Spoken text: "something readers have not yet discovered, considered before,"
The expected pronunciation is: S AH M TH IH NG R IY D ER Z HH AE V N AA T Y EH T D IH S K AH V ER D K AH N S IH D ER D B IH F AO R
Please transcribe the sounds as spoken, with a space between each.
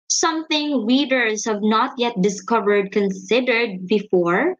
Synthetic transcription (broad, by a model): S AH M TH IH NG W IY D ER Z HH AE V N AA T Y EH T D IH S K AH V ER D K AH N S IH D ER D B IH F AO R